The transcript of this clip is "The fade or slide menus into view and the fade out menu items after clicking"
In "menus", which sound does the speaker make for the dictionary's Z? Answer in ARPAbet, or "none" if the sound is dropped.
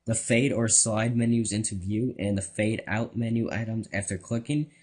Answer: Z